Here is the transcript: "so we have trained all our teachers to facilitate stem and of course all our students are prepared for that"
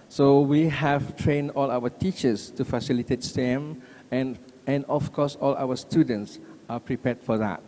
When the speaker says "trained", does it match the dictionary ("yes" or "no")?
yes